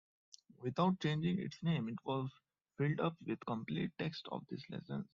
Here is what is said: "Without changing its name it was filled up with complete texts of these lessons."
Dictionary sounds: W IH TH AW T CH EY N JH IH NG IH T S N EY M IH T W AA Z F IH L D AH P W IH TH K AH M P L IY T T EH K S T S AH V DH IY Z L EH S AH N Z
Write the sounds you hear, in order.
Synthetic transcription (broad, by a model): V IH T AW T CH EY N JH IH NG IH T S N EY M IH T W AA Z F IH L D AH P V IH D K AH M P L IY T T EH K S T AH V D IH S L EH S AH N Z